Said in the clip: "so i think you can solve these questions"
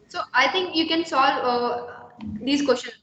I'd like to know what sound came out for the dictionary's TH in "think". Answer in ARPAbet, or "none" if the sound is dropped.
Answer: T